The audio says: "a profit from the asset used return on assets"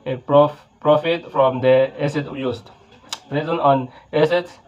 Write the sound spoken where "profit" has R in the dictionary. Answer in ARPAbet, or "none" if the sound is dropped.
R